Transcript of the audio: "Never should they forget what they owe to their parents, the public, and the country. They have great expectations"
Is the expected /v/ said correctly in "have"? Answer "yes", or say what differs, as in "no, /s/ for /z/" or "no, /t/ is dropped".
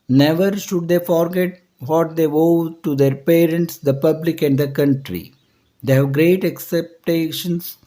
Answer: yes